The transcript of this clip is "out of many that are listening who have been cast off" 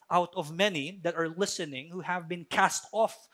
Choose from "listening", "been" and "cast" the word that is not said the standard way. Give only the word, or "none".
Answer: none